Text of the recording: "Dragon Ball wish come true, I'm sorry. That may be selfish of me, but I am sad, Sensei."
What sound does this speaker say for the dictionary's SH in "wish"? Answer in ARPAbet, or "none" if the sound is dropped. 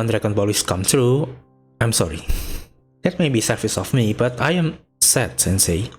S